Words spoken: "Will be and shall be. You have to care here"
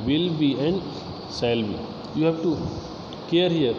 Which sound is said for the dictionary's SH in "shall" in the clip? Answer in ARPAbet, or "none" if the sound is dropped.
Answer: S